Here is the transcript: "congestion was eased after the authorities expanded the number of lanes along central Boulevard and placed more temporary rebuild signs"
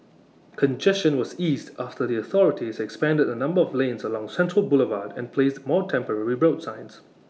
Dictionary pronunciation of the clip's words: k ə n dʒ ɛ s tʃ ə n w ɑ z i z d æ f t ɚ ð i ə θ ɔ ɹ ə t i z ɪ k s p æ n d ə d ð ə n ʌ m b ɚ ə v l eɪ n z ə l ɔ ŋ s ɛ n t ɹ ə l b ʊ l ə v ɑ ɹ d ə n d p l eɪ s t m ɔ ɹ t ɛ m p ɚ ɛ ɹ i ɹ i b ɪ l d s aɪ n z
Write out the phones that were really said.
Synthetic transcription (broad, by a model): k ə n dʒ ɛ s tʃ ə n w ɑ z i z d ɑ f t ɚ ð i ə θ ɔ ɹ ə t i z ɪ k s p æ n d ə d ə n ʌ m b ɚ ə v l eɪ n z ə l ɔ ŋ s ɛ n t ɹ ə l b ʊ l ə v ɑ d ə n p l eɪ s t m ɔ t ɛ m p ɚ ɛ ɹ i ɹ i ʊ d s aɪ n s